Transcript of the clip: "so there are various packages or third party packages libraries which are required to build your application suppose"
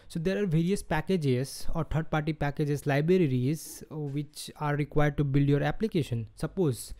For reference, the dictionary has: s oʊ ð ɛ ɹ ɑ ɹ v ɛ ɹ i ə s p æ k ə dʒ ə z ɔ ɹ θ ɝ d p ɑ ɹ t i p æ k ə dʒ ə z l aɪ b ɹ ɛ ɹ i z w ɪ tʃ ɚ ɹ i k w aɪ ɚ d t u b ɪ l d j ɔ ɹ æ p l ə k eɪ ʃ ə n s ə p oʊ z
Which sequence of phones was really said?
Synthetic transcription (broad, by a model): s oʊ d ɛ ɹ ɑ ɹ v ɛ ɹ i ə s p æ k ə dʒ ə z ɔ ɹ t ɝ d p ɑ ɹ t i p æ k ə dʒ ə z l aɪ b ɹ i ɹ i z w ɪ tʃ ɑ ɹ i k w aɪ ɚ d t u b ɪ l d j ɔ ɹ æ p l ə k eɪ ʃ ə n s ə p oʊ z